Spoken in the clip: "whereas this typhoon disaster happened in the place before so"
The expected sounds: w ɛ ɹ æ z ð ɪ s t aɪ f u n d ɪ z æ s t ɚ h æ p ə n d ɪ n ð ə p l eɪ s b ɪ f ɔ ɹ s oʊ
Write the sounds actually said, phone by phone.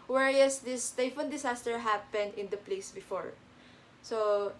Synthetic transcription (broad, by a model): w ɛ ɹ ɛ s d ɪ s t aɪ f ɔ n d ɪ s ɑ s t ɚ h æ p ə n d ɪ n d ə p l eɪ s b ɪ f ɔ ɹ s oʊ